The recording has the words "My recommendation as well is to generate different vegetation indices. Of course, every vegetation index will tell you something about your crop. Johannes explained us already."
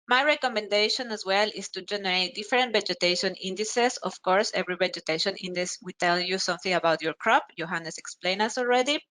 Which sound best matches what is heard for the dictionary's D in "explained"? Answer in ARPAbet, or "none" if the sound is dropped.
none